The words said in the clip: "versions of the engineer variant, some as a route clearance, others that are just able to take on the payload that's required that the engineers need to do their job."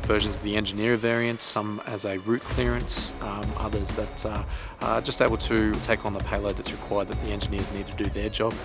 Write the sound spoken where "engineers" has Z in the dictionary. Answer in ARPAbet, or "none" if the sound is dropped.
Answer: Z